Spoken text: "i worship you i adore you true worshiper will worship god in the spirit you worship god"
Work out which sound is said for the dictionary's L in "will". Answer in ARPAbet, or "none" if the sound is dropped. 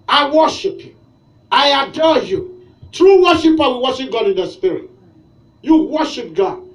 N